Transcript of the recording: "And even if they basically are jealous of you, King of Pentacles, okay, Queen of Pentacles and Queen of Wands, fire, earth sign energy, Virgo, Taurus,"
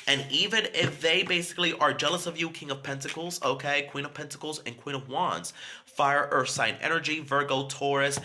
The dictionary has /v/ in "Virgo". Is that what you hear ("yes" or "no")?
yes